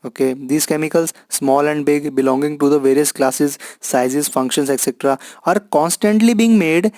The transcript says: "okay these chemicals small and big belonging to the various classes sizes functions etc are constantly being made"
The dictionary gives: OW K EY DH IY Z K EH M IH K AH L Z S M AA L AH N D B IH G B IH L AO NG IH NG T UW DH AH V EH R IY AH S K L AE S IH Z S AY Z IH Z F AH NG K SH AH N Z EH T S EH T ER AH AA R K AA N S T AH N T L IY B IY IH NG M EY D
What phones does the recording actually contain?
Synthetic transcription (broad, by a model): OW K EY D IY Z K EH M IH K AH L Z S M AA L AH N D B IH G B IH L AO NG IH NG T UW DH AH V EH R IY AH S K L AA S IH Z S AY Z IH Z F AH NG K SH AH N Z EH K S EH T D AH AA R K AA N S T AH N T L IY B IY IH NG M EY D